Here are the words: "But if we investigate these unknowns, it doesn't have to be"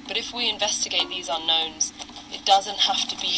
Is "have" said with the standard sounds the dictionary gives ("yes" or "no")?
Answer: no